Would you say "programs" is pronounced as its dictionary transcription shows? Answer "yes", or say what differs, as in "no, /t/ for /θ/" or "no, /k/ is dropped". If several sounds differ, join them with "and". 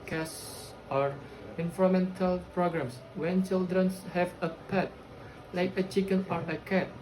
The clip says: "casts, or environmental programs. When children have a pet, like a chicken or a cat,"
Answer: no, /s/ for /z/